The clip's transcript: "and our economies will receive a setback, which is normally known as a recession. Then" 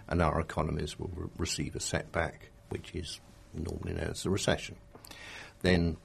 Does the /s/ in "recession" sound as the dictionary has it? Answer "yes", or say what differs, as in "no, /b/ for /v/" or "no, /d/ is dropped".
yes